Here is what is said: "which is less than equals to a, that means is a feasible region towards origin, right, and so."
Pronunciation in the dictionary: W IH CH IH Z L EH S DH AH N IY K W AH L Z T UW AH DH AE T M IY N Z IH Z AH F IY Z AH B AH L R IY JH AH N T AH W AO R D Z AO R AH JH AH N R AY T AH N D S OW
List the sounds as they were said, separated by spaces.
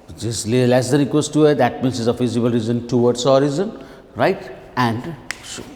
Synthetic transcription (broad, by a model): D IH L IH L EH S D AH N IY K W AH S T UW AH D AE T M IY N S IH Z AH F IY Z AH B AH L R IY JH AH N T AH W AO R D S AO R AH Z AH N R AY T AH N D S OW